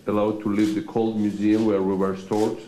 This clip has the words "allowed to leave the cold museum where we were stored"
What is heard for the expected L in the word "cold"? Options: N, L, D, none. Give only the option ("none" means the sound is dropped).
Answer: L